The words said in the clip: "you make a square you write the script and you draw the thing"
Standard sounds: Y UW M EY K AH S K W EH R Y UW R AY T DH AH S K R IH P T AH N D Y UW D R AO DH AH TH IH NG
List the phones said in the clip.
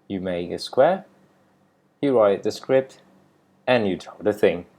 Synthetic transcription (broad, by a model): Y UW M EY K AH S K W EH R Y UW R AY T DH AH S K R IH P T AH N Y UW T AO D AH TH IH NG